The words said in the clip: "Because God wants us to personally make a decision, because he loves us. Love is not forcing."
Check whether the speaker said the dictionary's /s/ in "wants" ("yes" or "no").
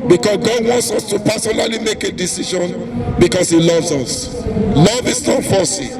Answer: yes